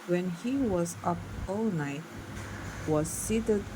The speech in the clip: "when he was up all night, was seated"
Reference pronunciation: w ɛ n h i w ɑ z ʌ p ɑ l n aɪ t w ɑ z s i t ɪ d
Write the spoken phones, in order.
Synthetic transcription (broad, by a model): w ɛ n h i w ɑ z ʌ p ɑ l n aɪ t w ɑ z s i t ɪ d